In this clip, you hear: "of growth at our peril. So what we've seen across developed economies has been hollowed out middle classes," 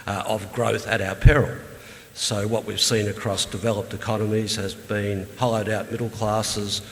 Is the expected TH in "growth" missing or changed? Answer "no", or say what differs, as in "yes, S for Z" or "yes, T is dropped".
no